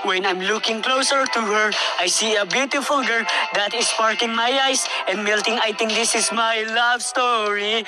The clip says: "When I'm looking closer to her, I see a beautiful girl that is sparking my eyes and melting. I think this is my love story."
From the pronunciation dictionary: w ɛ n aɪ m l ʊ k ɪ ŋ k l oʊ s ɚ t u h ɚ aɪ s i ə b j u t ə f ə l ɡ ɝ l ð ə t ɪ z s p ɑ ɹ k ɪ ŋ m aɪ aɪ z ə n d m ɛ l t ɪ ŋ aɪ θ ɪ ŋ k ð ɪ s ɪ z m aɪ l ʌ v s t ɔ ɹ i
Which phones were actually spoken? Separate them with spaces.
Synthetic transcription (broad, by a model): w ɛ n aɪ m l ʊ k ɪ ŋ k l oʊ s ɚ t u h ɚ aɪ s i ə b j u t ə f ə l ɡ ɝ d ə t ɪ s p ɑ ɹ k ɪ ŋ m aɪ aɪ s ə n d m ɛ l t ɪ ŋ aɪ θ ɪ ŋ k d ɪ s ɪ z m aɪ l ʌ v s t ɔ ɹ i